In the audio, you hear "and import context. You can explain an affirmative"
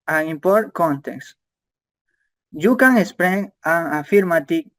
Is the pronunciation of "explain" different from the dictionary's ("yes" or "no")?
yes